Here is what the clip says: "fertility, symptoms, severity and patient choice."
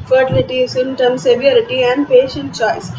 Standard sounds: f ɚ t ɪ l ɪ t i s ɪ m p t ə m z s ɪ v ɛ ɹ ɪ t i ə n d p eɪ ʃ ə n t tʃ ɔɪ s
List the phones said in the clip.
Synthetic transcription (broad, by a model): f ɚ t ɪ l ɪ t i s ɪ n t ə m s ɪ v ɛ ɹ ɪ t i ə n d p eɪ ʃ ə n t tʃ ɔɪ s